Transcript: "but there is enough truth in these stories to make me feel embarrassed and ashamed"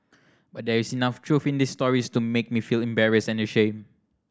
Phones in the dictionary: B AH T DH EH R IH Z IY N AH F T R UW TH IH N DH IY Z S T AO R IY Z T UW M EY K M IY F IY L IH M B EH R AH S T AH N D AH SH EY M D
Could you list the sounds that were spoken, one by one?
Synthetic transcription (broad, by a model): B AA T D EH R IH S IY N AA F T R UW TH IH N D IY S T AO R IY S T UW M EY K M IY F IY L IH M B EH R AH S AH N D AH SH EY M